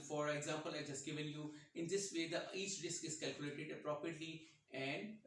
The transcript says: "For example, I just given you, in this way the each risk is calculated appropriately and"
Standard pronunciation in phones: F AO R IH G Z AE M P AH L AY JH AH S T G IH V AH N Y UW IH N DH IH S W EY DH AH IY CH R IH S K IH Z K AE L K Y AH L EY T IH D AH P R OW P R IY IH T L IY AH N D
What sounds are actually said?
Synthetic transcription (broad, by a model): F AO R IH G Z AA M P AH L AY JH AH S T G IH V AH N Y UW IH N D IH S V EY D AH IY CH R IH S K IH Z K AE L K Y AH L EY T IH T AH P R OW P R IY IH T L IY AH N D